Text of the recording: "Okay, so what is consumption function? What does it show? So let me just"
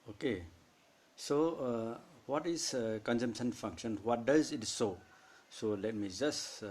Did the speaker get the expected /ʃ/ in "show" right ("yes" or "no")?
no